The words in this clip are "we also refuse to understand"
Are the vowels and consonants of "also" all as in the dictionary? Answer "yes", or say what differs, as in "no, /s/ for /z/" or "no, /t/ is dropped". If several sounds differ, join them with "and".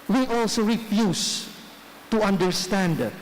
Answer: yes